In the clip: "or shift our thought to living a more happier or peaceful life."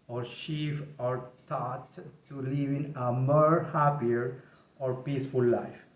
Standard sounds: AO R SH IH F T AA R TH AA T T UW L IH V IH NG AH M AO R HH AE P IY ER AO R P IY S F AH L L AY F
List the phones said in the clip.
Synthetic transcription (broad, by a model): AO R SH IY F AA R T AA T T UW L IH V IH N AH M AO R HH AE P IY ER AO R P IY S F AH L L AY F